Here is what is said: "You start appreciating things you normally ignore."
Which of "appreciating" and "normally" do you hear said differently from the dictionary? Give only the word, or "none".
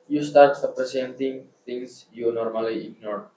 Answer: appreciating